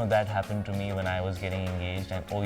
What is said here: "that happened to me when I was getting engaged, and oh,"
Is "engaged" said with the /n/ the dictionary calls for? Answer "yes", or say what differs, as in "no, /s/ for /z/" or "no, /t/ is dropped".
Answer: yes